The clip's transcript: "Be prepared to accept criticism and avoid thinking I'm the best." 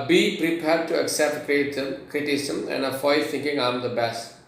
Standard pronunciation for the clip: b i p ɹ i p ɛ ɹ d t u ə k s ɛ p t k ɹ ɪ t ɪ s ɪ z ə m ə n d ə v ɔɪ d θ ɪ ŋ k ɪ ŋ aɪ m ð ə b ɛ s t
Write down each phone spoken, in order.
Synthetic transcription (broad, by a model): b i p ɹ i p ɛ ɹ d t u ə k s ɛ p t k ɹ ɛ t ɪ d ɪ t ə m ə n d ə f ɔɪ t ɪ ŋ k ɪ ŋ aɪ m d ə b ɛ s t